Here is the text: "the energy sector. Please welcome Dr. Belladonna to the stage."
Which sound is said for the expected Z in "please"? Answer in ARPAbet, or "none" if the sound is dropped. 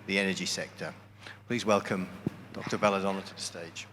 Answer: Z